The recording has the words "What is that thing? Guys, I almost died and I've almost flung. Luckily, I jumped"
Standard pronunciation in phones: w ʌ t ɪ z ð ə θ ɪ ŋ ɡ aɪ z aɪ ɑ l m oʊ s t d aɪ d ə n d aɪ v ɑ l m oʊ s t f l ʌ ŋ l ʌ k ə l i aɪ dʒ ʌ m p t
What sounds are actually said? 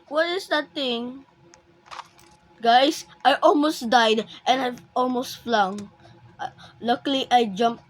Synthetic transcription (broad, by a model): w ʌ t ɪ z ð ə t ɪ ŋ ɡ aɪ s aɪ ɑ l m oʊ s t d aɪ d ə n aɪ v ɑ l m oʊ s t f l ʌ ŋ l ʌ k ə l i aɪ dʒ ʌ m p